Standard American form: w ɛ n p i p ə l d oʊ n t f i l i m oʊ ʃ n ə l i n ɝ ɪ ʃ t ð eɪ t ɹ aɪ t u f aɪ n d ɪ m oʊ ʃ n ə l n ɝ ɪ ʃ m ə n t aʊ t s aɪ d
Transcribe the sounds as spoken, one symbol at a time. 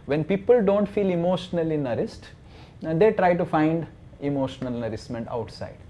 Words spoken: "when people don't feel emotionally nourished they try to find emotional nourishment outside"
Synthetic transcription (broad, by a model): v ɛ n p i p ə l d oʊ n t f i l i m oʊ ʃ n ə l i n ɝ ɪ s t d eɪ t ɹ aɪ t u f aɪ n d ɪ m oʊ ʃ n ə l n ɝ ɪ s m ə n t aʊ t s aɪ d